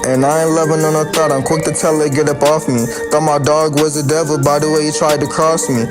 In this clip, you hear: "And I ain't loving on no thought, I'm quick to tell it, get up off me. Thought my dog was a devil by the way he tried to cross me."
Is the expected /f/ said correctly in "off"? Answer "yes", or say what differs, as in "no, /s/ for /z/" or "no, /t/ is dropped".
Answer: yes